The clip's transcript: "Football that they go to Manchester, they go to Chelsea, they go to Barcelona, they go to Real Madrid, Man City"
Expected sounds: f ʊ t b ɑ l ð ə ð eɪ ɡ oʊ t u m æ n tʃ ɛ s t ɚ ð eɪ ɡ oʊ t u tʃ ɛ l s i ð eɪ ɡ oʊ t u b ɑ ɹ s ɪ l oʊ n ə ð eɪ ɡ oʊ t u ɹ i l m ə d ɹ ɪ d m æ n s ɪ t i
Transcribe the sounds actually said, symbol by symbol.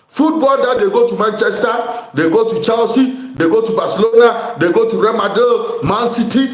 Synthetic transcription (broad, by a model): f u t b ɑ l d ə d eɪ ɡ oʊ t u m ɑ n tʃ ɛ s t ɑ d eɪ ɡ oʊ t u tʃ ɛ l s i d eɪ ɡ oʊ t u b ɑ s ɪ l oʊ n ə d eɪ ɡ oʊ t u ɹ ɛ m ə d ɪ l m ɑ n s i t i